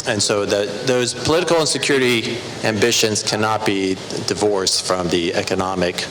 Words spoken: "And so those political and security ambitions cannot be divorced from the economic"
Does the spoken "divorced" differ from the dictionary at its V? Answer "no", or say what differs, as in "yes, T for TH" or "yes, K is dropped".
no